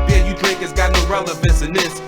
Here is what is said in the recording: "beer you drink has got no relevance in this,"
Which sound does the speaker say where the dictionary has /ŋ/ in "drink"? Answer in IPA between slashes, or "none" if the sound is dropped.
none